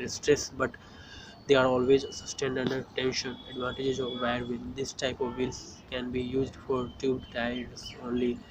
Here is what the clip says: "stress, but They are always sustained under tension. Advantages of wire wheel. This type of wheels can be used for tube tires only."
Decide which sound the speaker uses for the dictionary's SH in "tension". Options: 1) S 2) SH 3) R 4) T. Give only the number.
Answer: 2